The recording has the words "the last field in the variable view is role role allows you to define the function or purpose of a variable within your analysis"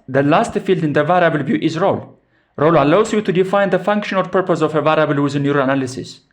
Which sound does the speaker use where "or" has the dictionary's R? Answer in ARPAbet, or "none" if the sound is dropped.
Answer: L